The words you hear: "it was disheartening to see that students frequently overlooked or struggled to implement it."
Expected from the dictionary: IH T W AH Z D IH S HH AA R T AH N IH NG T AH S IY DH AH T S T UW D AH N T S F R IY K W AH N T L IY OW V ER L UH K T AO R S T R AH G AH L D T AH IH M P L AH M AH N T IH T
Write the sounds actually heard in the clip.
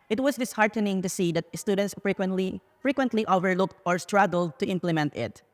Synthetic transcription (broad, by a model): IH T W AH S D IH S HH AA R T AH N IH NG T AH S IY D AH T S T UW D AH N T S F R IY K W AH N T L IY OW V ER L UH K T AO R S T R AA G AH L D T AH IH M P L AH M AH N T IH T